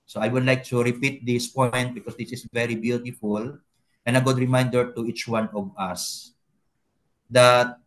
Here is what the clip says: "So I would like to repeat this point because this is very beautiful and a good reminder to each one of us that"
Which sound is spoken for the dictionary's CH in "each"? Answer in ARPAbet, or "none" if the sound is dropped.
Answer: CH